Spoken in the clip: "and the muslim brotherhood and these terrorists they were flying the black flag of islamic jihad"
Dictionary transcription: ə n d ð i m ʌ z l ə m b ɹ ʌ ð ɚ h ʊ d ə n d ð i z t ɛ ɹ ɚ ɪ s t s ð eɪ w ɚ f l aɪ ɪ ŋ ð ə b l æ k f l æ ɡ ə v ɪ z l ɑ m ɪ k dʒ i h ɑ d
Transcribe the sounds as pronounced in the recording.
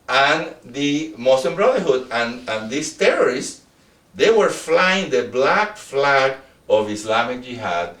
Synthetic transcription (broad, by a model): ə n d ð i m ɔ s l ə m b ɹ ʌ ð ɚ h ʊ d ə n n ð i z t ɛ ɹ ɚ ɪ s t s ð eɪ w ɚ f l aɪ ɪ ŋ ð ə b l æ k f l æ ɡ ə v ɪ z l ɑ m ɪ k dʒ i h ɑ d